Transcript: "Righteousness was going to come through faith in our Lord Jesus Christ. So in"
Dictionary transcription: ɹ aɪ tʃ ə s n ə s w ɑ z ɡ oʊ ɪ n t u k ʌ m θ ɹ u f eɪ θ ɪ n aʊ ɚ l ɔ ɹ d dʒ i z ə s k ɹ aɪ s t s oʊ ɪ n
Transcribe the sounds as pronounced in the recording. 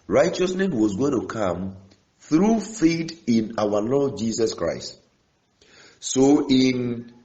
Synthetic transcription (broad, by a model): ɹ aɪ tʃ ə s n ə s w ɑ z ɡ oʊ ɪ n t u k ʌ m θ ɹ u f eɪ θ ɪ n aʊ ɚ l ɔ d dʒ i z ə s k ɹ aɪ s t s oʊ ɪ n